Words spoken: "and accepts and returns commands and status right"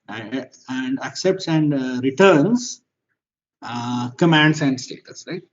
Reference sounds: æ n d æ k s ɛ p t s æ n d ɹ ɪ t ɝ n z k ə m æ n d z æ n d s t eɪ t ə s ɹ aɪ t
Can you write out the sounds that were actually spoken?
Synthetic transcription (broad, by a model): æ n d æ k s ɛ p t s æ n d ɹ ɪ t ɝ n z k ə m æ n d s æ n d s t eɪ t ə s ɹ aɪ t